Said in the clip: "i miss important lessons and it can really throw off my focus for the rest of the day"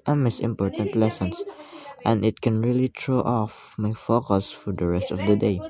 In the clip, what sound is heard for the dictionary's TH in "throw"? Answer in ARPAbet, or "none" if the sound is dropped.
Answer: T